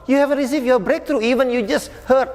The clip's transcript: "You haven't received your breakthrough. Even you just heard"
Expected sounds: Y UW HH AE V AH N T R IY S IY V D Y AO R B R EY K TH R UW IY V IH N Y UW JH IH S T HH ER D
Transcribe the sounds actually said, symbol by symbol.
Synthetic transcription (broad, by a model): Y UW HH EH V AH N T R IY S IY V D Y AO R B R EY K T R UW IY V IH N Y UW JH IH S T HH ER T